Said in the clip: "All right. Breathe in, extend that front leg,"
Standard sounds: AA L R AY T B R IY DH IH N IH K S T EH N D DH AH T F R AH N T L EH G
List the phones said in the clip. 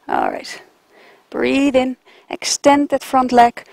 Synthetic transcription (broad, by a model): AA L R AY T B R IY DH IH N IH K S T EH N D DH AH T F R AH N T L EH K